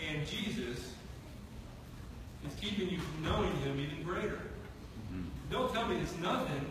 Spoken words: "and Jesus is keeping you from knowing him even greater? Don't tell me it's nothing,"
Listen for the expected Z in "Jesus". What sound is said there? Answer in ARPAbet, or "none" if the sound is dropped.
Z